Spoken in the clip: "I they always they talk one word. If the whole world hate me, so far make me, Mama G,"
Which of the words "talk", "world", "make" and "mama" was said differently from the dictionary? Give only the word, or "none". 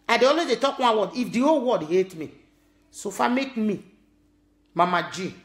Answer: world